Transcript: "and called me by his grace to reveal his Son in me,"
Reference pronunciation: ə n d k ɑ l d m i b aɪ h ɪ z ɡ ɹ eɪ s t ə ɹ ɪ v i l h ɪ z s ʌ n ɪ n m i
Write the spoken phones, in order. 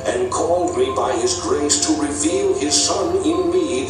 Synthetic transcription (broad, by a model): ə n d k ɑ l d m i b aɪ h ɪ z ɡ ɹ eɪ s t ə ɹ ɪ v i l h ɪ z s ʌ n ɪ n m i